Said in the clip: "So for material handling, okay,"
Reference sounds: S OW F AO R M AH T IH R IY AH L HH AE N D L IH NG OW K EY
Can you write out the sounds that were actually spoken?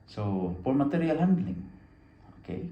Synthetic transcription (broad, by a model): S OW P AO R M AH T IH R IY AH L HH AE N D L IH NG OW K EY